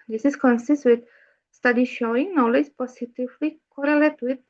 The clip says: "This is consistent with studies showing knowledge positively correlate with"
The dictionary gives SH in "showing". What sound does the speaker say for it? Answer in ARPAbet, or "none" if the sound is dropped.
SH